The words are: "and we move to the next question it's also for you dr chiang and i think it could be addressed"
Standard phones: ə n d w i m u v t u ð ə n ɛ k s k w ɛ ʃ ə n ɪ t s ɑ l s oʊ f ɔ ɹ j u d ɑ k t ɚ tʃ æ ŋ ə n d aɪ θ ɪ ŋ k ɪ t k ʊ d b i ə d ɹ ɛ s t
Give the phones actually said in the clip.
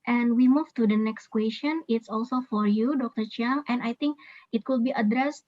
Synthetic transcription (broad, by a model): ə n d w i m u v t u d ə n ɛ k s k w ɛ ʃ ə n ɪ t s ɑ l s oʊ f ɔ ɹ j u d ɑ k t ɚ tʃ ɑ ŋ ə n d aɪ t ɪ ŋ k ɪ t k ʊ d b i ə d ɹ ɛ s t